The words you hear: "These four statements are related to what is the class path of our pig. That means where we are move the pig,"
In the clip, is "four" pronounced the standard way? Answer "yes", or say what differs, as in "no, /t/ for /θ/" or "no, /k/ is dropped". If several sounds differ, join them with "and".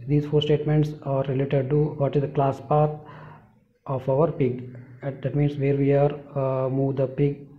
yes